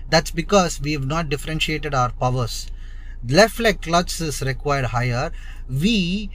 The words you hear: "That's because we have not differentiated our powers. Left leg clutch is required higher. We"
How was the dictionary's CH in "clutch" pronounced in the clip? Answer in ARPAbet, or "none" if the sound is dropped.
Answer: S